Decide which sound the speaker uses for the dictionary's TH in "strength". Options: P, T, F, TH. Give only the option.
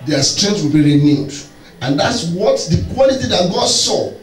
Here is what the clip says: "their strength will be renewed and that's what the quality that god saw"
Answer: T